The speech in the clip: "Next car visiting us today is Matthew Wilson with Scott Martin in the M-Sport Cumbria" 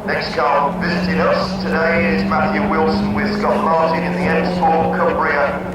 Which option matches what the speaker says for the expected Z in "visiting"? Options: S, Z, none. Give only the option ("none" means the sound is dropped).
Z